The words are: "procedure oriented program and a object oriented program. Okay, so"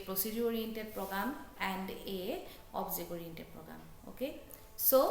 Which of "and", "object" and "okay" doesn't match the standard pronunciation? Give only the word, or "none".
object